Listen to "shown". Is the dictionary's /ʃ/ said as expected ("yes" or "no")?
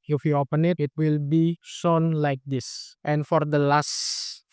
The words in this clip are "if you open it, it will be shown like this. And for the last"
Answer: no